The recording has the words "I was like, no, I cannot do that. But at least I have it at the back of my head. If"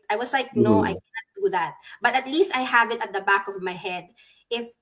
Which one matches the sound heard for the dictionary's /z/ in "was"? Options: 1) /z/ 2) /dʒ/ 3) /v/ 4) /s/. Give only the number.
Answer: 4